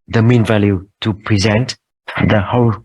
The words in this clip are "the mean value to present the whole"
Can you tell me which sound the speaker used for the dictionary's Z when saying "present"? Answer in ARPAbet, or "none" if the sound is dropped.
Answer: Z